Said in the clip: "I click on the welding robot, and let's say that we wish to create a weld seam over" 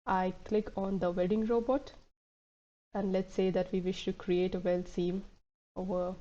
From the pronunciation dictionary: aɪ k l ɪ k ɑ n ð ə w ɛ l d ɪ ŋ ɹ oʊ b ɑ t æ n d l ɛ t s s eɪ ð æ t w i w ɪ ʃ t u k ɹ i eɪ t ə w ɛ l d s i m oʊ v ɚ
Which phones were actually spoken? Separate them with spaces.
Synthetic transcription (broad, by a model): aɪ k l ɪ k ɑ n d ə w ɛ d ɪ ŋ ɹ oʊ b ɑ t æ n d l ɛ t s s eɪ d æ t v i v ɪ ʃ t u k ɹ i eɪ t ə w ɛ l s i m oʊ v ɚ